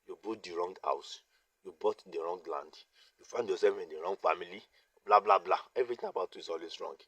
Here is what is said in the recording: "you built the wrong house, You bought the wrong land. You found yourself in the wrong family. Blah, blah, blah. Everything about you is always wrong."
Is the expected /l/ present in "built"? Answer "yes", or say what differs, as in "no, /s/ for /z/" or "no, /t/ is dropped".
no, /l/ is dropped